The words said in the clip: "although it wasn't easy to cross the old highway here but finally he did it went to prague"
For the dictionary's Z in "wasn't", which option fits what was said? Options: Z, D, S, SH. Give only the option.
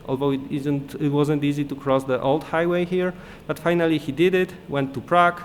Z